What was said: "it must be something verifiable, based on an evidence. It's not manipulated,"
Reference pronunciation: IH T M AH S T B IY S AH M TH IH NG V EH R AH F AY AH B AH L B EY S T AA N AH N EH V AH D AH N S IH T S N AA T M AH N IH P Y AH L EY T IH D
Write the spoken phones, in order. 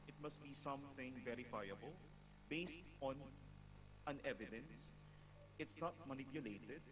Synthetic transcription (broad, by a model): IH T M AH S T B IY S AH M TH IH NG V EH R AH F AY AH B AH L B EY S T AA N AH N EH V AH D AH N S IH T S N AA T M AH N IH P Y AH L EY T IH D